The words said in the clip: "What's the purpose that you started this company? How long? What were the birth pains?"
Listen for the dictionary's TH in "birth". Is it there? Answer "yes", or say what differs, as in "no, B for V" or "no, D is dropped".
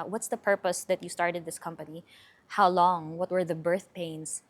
yes